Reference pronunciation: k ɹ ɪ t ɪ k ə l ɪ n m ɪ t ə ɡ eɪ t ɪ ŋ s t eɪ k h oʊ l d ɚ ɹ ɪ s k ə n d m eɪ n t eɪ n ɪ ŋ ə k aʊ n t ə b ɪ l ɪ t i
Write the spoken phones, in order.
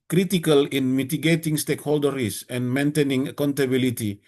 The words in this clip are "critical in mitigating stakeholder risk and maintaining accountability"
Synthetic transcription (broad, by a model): k ɹ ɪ t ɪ k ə l ɪ n m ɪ t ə ɡ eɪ t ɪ ŋ s t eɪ k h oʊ l d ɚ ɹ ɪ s ə n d m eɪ n t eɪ n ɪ ŋ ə k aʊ n t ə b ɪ l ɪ t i